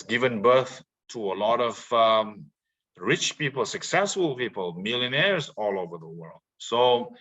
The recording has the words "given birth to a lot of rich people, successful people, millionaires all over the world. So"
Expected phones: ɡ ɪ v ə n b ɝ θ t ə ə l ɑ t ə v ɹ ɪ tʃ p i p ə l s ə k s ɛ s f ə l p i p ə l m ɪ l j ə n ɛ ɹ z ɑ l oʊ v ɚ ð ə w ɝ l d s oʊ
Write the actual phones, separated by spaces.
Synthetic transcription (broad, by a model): ɡ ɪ v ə n b ɝ θ t ə ə l ɑ t ə v ɹ ɪ tʃ p i p ə l s ə k s ɛ s f ə l p i p ə l m ɪ l j ə n ɛ ɹ z ɑ l oʊ v ɚ ð ə w ɝ l d s oʊ